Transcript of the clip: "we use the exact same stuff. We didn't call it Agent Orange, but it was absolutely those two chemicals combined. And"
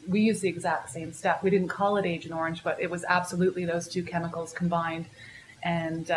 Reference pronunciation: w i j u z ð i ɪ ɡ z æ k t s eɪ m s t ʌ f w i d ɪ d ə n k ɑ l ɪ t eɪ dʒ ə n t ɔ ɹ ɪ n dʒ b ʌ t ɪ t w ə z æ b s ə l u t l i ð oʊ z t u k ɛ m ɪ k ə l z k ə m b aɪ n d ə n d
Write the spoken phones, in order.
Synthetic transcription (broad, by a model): w i j u z ð i ɪ ɡ z æ k t s eɪ m s t ʌ f w i d ɪ d n k ɑ l ɪ t eɪ dʒ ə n ɔ ɹ ɪ n dʒ b ʌ t ɪ t w ə z æ b s ə l u t l i ð oʊ z t u k ɛ m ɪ k l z k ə m b aɪ n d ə n